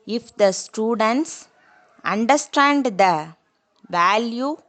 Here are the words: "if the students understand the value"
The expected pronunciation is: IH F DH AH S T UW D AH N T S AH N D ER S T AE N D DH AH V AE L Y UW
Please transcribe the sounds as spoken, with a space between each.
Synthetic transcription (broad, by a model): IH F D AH S T UW D AH N T S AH N D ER S T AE N D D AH V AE L Y UW